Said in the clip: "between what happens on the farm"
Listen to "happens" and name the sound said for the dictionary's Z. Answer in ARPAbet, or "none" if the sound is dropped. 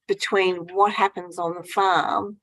Z